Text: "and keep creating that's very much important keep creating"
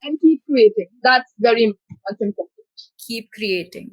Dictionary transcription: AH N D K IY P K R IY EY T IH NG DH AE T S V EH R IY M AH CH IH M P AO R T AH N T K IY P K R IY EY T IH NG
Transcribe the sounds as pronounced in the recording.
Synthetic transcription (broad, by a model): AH N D K IY P K R IY EY T IH NG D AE T S V EH R IY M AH S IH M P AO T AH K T K IY P K R IY EY T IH NG